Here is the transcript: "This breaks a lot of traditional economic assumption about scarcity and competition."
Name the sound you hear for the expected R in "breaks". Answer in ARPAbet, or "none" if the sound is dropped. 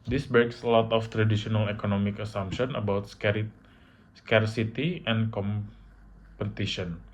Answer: none